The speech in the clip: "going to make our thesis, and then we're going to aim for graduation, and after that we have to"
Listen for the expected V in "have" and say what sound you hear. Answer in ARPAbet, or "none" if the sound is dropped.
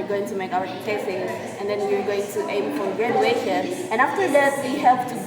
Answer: P